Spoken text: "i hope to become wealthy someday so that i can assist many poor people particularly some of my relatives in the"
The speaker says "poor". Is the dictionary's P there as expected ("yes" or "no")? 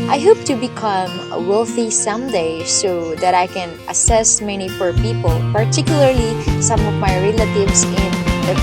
no